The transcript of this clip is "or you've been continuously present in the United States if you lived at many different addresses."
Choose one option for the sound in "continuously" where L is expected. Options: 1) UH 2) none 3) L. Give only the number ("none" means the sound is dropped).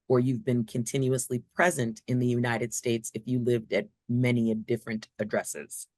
3